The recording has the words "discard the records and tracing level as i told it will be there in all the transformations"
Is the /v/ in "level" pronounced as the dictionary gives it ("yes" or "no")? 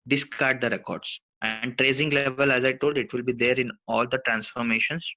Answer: yes